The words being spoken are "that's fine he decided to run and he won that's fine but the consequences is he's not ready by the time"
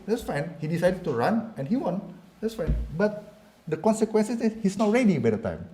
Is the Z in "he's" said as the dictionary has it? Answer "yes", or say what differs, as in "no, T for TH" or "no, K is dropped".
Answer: no, S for Z